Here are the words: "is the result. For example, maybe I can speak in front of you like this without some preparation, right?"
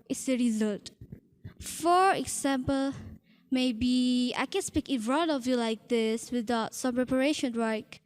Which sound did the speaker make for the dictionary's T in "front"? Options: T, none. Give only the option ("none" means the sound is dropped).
none